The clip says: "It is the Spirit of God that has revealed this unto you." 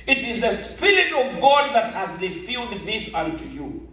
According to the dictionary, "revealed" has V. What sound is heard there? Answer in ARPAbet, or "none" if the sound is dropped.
F